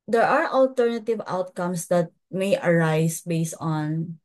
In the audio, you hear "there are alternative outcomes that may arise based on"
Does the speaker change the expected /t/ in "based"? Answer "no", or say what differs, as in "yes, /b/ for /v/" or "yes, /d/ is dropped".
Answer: no